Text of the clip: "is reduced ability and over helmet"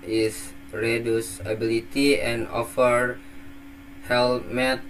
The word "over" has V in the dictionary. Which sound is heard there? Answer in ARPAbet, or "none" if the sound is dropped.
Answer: F